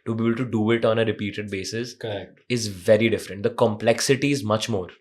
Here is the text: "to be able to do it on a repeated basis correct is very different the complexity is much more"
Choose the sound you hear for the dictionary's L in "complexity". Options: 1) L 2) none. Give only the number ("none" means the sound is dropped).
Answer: 1